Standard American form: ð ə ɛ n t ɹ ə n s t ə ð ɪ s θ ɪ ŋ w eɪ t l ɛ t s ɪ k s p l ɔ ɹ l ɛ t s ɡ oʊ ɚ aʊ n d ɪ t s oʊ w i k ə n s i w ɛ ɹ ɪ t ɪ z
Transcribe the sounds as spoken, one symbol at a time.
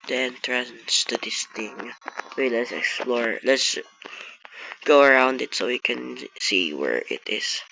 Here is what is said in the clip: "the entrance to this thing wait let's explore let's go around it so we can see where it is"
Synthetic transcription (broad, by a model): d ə ɛ n t ɹ ə n s t ə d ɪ s t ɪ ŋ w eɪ l ɛ t s ɪ k s p l ɔ ɹ l ɛ t s ɡ oʊ ɚ aʊ n d ɪ t s oʊ w i k ə n s i w ɛ ɹ ɪ t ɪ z